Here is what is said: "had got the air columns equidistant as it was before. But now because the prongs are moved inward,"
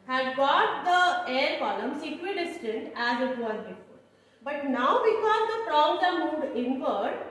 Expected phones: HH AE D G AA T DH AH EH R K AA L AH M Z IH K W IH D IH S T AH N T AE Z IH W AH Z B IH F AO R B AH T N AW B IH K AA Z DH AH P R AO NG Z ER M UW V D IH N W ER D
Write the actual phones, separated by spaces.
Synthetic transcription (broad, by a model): HH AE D G AA T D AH EH R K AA L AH M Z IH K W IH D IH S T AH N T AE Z IH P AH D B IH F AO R B AH T N AW B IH K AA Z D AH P R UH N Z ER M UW D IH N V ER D